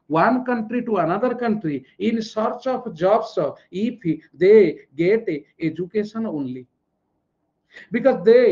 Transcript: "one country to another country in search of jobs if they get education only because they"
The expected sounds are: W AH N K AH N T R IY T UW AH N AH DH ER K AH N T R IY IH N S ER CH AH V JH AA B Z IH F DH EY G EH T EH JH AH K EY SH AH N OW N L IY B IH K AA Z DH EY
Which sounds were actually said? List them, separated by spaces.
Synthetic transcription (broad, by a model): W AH N K AH N T R IY T UW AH N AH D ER K AH N T R IY IH N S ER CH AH P JH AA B S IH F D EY G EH T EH JH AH K EY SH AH N OW N L IY B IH K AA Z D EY